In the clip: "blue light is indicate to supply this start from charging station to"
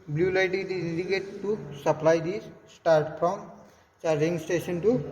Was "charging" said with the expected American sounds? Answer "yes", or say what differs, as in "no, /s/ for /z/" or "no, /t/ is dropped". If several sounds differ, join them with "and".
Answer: no, /dʒ/ is dropped